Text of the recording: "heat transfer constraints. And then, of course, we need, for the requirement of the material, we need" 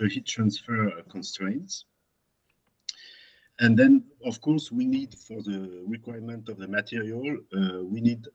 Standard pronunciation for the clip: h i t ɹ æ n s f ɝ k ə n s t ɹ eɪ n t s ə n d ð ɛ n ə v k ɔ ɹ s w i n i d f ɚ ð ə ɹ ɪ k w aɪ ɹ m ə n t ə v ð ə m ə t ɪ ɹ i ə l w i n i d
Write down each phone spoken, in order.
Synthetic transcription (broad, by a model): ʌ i t ɹ æ n s f ɝ k ə n s t ɹ eɪ n t s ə n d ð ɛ n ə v k ɔ ɹ s w i n i d f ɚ ð ə ɹ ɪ k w aɪ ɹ m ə n t ə v ð ə m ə t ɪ ɹ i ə l w i n i d